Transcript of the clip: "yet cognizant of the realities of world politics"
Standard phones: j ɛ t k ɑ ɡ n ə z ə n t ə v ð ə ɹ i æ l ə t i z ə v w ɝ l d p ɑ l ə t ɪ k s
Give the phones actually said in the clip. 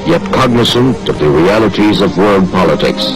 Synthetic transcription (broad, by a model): j ɛ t k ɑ ɡ n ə s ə n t ə v ð ə ɹ i æ l ə t i z ə v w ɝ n p ɑ l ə t ɪ k s